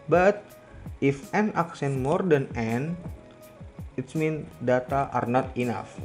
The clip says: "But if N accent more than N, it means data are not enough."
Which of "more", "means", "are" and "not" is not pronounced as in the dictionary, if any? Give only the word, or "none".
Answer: means